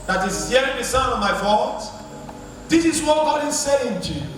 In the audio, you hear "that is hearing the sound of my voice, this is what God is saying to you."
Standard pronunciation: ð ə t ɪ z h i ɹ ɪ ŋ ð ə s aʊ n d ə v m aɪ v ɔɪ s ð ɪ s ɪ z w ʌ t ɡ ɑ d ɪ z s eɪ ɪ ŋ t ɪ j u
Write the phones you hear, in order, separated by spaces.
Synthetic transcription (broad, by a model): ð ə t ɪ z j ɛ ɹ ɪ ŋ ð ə s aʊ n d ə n m aɪ f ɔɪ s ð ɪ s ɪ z w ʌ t ɡ ɑ d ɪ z s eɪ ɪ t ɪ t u